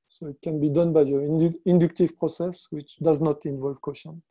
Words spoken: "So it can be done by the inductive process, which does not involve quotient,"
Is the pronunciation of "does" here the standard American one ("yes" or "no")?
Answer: yes